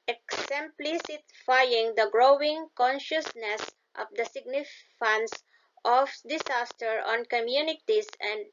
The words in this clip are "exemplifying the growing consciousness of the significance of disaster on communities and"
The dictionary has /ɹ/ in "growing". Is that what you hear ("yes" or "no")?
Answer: yes